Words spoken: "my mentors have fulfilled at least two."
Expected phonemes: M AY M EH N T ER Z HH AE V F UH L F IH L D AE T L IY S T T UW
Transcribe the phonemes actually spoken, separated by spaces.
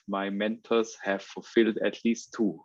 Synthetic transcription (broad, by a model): M AY M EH N T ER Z HH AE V F UH L F IH L D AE T L IY S T T UW